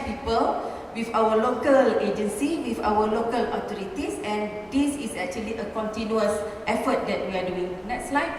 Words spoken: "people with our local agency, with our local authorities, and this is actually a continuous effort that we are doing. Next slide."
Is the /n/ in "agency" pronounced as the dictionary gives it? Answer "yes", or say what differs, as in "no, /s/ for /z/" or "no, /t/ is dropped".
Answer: yes